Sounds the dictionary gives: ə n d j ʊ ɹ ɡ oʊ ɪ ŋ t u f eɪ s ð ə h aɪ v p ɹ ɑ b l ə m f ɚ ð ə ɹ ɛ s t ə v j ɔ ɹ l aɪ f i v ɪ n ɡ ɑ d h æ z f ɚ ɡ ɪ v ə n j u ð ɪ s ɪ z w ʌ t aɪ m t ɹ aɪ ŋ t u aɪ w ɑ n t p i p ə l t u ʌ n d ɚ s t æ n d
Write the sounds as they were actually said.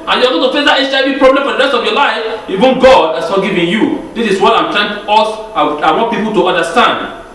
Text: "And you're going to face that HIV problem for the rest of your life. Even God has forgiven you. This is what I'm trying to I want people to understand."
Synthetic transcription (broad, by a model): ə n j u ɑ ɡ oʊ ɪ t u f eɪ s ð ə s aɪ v p ɹ ɑ b l ə m f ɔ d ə ɹ ɛ s t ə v j ɔ l aɪ f i v ɪ n ɡ ɑ d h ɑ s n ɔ ɡ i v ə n j u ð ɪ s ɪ s w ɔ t aɪ m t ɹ aɪ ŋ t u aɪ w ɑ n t p i p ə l t u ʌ n d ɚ s t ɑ n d